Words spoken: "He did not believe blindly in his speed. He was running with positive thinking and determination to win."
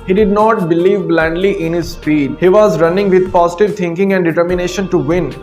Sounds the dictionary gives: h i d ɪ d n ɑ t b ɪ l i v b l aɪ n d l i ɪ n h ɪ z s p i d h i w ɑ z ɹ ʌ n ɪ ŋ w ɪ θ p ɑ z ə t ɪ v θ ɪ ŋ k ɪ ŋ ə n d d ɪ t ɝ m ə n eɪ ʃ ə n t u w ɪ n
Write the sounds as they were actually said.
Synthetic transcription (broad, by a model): h i d ɪ d n ɑ t b ɪ l i v b l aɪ n d l i ɪ n h ɪ z s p i d h i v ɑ z ɹ ʌ n ɪ ŋ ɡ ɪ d p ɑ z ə t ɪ v t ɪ ŋ k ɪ ŋ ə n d d ɪ t ɝ m ə n eɪ ʃ ə n t u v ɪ n